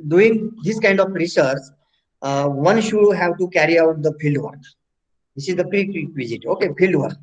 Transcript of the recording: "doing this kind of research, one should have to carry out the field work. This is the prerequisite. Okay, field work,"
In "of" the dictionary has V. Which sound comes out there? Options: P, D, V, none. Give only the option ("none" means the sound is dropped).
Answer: P